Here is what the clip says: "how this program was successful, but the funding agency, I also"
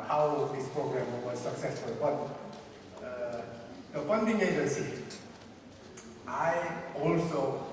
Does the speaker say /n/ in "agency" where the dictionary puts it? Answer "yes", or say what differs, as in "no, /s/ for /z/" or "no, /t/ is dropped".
no, /n/ is dropped